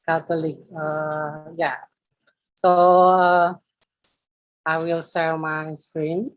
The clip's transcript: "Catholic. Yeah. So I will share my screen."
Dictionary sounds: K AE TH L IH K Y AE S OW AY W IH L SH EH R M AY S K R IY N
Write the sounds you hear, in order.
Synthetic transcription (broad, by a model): K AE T L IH K Y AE S OW AY W IH L S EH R M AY S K R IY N